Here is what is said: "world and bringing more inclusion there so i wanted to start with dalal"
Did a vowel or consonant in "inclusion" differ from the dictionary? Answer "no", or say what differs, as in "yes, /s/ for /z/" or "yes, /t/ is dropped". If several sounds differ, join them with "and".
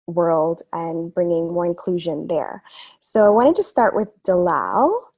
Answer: no